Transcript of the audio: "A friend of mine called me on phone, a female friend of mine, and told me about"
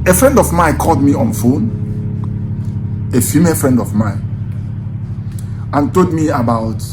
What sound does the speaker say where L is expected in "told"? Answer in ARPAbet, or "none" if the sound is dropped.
none